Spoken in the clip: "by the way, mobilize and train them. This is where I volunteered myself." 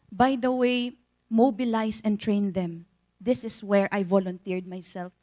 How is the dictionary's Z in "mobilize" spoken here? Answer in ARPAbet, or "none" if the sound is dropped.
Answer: S